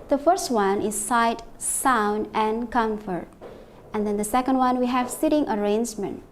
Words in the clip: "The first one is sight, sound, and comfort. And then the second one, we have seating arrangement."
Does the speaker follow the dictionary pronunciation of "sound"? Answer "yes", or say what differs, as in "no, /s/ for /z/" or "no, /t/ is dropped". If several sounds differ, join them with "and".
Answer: yes